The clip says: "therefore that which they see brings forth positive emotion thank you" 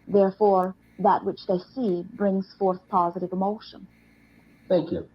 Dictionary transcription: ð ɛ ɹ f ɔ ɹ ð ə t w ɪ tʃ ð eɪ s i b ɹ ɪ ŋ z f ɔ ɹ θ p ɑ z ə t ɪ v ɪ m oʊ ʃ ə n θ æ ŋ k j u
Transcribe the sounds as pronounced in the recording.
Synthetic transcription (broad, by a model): ð ɛ ɹ f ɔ ɹ ð ə t w ɪ tʃ ð eɪ s i b ɹ ɪ ŋ z f ɔ ɹ θ p ɑ z ə t ɪ v ɪ m oʊ ʃ ə n θ æ ŋ k j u